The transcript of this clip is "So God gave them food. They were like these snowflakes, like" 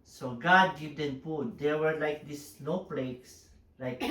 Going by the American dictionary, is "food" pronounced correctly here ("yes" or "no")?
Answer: no